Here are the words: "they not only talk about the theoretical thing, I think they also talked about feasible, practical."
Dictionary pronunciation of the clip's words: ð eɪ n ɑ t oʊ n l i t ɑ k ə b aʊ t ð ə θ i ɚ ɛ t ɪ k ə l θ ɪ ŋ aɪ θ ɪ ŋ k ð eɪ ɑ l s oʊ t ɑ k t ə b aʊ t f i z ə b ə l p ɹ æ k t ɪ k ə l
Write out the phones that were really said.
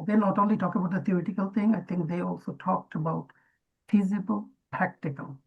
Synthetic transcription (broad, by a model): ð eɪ n ɑ t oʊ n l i t ɑ k ə b aʊ t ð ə t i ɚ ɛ t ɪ k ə l t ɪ ŋ aɪ t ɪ ŋ k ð eɪ ɑ l s oʊ t ɑ k t ə b aʊ t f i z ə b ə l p ɹ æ k t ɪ k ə l